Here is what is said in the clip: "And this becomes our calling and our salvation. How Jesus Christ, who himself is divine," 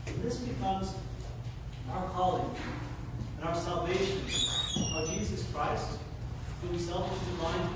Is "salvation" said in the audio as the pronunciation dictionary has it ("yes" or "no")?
yes